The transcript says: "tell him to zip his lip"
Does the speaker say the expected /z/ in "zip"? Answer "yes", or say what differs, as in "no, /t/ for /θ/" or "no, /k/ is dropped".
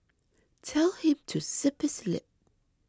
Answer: no, /s/ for /z/